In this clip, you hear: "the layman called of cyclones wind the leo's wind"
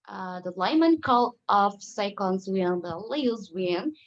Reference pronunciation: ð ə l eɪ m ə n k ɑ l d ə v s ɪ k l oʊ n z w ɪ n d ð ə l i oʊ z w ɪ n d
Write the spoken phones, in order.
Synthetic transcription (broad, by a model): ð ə l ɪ m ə n k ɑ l ə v s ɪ k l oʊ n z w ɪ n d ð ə l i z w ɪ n